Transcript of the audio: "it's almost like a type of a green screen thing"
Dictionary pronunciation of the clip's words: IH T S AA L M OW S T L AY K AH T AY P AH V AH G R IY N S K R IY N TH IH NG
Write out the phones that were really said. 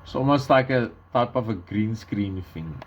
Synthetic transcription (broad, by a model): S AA M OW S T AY K AH T AY P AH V AH G R IY N S K R IY N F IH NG